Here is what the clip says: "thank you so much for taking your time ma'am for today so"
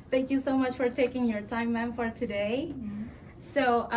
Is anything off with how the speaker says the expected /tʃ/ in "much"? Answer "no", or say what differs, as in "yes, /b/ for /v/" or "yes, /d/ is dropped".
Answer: no